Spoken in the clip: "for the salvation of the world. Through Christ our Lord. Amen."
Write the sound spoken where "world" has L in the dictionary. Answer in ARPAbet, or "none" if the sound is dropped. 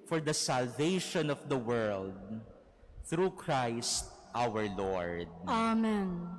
L